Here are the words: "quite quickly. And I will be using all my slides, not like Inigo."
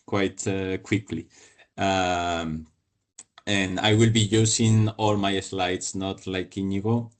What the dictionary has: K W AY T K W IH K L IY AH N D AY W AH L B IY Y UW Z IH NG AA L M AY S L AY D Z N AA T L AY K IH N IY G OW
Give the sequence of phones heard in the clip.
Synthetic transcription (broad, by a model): K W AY T K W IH K L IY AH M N AY W AH L B IY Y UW S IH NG AA L M AY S L AY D S N AA T L AY K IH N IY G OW